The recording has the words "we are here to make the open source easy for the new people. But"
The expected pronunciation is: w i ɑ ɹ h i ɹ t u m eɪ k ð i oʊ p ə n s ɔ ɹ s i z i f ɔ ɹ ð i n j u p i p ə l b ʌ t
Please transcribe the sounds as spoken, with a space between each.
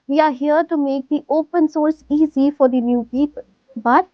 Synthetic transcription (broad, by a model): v i ɑ ɹ h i ɹ t u m eɪ k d i oʊ p ə n s ɔ ɹ s i z i f ɔ ɹ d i n j u p i p ə l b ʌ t